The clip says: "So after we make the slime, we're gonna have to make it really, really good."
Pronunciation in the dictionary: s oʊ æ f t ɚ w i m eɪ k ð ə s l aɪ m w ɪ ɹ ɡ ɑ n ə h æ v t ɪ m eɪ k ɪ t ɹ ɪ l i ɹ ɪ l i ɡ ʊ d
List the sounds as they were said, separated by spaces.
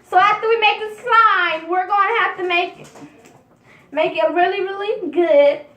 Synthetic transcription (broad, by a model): s oʊ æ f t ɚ w i m eɪ k ð ə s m aɪ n w ɪ ɹ ɡ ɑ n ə h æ f t ɪ m eɪ k ɪ t ɹ ɪ l i ɹ ɪ l i ɡ ʊ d